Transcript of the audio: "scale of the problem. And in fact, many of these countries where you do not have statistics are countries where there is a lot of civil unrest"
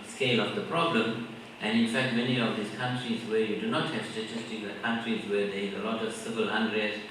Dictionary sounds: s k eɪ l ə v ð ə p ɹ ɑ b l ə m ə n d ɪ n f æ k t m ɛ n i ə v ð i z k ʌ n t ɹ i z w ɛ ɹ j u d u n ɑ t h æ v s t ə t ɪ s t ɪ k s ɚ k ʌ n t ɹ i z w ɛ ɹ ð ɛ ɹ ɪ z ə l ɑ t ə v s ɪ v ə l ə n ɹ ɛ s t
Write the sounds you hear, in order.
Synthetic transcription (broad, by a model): s k eɪ l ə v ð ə p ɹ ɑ b l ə m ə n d ɪ n f æ k t m ɛ n i ə v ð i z k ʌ n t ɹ i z w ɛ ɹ j u d u n ɑ t h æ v s t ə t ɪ s t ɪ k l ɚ k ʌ n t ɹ i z w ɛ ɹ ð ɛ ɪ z ə l ɑ t ə v s ɪ v ə l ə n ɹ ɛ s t